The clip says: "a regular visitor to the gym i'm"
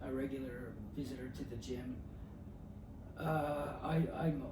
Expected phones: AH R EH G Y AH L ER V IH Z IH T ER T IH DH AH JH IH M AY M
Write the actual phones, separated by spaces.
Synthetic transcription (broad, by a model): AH R EH G Y L ER V IH Z IH T ER T IH DH AH JH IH M AY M